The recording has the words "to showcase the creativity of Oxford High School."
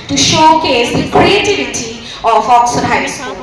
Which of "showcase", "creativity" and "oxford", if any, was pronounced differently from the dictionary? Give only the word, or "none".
oxford